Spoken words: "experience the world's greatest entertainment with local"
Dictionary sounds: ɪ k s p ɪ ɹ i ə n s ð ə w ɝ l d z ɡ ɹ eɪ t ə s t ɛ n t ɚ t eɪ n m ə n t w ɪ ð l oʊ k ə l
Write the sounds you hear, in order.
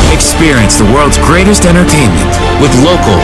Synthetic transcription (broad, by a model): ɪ k s p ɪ ɹ i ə n s ð ə w ɝ l d z ɡ ɹ eɪ t ə s t ɛ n t ɚ t eɪ n m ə n t w ɪ ð l oʊ k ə l